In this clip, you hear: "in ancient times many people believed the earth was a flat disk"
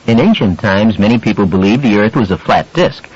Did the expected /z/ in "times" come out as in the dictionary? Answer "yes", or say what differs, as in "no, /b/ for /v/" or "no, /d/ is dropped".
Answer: yes